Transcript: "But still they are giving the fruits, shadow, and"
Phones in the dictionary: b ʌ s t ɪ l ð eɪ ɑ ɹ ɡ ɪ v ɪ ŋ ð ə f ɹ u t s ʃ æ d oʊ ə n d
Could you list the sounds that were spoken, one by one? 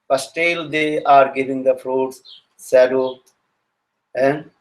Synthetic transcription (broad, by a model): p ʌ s t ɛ l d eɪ ɑ ɹ ɡ ɪ v ɪ ŋ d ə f ɹ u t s s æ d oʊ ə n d